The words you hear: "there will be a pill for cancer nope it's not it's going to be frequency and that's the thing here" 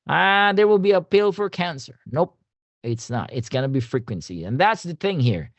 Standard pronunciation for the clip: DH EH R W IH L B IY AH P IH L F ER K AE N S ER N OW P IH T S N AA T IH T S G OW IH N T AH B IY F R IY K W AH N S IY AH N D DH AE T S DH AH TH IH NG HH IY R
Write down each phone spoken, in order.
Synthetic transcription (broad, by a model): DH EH R W IH L B IY AH P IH L F ER K AE N S ER N OW P IH T S N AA T IH T S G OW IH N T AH B IY F R IY K W AH N S IY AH N DH AE T S DH AH TH IH NG HH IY R